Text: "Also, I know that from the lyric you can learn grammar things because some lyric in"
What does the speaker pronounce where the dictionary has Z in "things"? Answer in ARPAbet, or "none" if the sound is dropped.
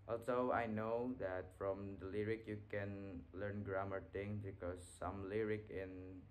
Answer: none